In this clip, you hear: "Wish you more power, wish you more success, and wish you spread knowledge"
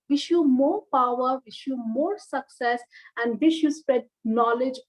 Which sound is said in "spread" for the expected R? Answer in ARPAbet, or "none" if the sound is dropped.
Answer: none